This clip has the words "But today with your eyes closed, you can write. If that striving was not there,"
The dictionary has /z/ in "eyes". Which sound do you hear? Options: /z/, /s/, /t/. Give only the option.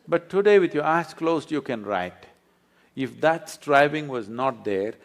/s/